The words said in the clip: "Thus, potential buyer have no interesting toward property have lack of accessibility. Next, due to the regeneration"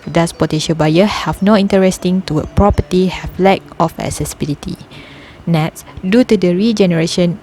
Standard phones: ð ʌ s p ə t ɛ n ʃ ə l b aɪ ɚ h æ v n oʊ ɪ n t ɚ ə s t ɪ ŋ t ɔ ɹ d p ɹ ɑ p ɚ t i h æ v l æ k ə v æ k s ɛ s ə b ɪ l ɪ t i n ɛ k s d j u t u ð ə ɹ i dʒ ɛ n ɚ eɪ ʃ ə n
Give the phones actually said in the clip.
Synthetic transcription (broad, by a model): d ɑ s p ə t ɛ ʃ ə b aɪ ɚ h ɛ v n oʊ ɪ n t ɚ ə s t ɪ ŋ t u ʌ p ɹ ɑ p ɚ t i h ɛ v l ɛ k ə f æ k s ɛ s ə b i l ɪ t i n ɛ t s d j u t u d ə ɹ i dʒ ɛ n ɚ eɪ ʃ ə n